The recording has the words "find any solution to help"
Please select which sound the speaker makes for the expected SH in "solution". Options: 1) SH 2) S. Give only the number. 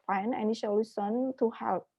2